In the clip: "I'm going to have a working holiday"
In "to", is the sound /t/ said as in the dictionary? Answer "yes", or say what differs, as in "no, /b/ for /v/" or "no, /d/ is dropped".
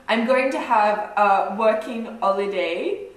yes